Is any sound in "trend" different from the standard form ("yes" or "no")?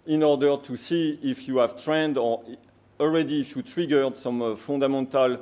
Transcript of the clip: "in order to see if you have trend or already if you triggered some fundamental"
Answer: no